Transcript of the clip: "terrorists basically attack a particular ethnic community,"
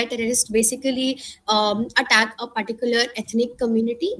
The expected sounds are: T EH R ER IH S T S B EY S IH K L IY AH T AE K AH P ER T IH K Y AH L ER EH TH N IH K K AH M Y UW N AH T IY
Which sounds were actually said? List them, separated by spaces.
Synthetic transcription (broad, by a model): T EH R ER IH S T B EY S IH K L IY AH T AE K AH P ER T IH K Y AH L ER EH T N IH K K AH M Y UW N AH T IY